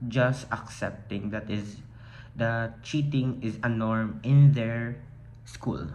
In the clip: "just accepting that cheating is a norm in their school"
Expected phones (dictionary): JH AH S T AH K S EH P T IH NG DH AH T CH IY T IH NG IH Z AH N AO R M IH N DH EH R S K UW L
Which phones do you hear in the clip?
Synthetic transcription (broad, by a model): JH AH S T AH K S EH P T IH NG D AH T CH IY T IH NG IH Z AH N AO R M IH N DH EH R S K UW L